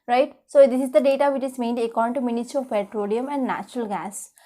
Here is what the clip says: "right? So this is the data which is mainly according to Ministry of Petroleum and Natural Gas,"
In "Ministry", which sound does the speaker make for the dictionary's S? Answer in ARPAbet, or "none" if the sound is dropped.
none